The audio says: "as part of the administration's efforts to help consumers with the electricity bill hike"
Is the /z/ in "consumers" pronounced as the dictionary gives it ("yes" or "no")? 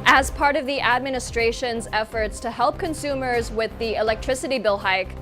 yes